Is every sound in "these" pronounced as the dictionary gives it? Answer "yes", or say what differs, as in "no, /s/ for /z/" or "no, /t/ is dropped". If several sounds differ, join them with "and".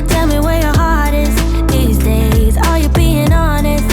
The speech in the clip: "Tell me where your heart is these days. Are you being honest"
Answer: yes